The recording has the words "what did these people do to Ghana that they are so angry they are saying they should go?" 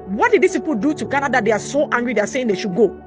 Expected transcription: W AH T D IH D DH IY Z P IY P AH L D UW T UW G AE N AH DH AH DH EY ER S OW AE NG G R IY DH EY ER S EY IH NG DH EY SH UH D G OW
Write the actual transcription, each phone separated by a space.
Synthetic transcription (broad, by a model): W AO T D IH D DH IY S P IY P AH L D UW T UW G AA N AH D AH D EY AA S OW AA NG G R IY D EY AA S EY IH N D EY SH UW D G OW